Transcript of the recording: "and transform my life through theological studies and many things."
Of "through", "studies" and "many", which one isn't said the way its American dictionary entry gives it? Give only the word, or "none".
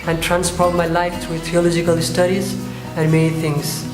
through